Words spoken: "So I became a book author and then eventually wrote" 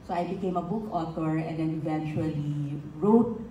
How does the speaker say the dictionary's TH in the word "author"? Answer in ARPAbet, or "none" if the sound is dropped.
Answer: T